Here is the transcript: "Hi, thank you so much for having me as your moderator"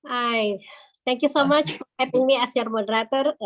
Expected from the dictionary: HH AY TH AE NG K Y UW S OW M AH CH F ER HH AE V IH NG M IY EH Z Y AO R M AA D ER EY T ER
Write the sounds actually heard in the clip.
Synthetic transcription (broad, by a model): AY T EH NG K Y UW S OW M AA CH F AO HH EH P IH NG M IY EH S Y AO R M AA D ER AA T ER